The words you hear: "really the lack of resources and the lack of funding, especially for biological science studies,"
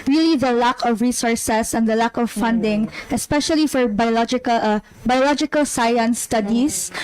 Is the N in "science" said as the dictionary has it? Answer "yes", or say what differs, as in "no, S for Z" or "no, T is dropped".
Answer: no, L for N